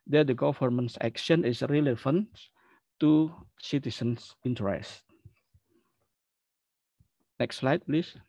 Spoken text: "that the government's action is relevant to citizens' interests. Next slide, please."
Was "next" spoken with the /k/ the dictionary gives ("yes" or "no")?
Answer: yes